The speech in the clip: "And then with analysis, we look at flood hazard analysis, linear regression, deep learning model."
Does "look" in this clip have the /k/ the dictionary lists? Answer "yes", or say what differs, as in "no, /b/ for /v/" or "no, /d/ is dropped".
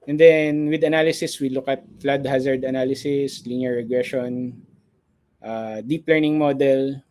yes